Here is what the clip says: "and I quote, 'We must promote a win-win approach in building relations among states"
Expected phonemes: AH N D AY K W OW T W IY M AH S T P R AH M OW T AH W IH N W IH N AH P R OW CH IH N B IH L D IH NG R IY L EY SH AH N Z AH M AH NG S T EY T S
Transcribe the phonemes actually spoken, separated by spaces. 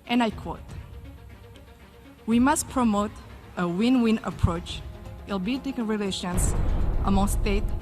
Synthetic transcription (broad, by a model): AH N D AY K W OW T W IY M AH S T P R AH M OW T AH W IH N W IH N AH P R OW CH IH L B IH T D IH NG R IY L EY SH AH N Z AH M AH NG S T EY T